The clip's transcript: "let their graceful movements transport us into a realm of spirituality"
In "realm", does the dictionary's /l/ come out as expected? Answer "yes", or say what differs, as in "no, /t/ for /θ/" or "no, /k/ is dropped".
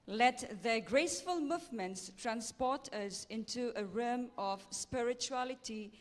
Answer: no, /l/ is dropped